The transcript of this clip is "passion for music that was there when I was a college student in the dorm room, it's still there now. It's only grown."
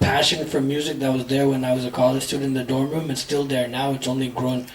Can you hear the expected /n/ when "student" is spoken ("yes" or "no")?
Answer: no